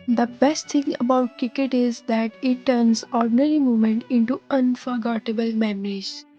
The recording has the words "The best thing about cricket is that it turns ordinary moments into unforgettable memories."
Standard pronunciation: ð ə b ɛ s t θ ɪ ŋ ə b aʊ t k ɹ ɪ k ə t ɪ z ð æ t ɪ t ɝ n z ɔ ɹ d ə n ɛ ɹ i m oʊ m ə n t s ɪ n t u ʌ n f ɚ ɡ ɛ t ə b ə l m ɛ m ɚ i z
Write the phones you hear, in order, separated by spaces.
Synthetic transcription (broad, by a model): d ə b ɛ s t t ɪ ŋ ə b aʊ t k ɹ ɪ k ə t ɪ z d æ t ɪ t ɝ n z ɔ ɹ d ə n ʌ ɹ i m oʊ m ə n t ɪ n t u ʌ n f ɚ ɡ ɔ t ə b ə l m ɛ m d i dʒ